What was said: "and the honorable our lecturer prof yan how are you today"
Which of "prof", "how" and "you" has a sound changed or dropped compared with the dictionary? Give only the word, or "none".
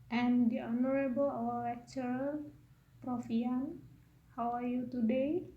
none